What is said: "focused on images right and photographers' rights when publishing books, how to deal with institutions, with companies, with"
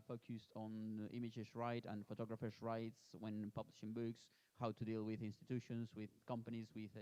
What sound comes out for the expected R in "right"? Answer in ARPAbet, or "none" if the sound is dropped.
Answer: R